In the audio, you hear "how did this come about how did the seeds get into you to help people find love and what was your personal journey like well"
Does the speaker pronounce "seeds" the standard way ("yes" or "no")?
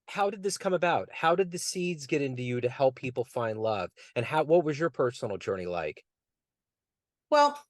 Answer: yes